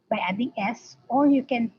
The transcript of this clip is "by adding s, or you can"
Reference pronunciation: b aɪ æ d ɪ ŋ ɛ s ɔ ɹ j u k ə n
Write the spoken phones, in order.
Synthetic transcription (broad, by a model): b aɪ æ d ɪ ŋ ɛ s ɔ l j u k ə n